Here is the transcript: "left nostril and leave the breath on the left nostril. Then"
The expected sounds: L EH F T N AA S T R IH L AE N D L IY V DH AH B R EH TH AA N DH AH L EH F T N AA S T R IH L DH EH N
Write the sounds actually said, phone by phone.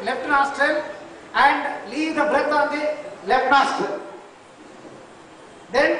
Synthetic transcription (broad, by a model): L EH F T N AA S T R IH L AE N D L IY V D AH B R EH T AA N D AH L EH F T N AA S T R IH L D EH N